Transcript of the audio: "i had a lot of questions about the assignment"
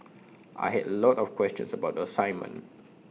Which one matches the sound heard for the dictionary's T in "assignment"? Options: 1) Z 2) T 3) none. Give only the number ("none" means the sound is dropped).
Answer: 3